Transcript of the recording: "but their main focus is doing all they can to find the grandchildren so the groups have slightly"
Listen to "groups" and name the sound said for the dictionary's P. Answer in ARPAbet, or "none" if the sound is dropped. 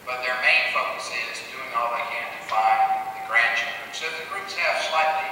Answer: none